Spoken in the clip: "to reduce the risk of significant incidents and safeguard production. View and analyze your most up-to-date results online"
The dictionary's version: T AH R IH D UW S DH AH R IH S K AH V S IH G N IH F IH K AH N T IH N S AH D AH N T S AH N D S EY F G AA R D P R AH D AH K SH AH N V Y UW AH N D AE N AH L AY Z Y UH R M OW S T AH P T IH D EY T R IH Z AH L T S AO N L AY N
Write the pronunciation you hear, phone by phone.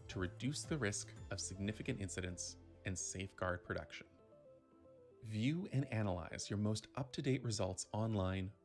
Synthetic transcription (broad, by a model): T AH R IH D UW S DH AH R IH S K AH V S IH G N IH F IH K AH N T IH N S AH D AH N T S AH N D S EY F G AA R D P R AH D AH K SH AH N V Y UW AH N AE N AH L AY Z Y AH R M OW S T AH P T IH D EY T R IH Z AH L T S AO N L AY N